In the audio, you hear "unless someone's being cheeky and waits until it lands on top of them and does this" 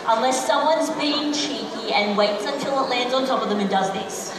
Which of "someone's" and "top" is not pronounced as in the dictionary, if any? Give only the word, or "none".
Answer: none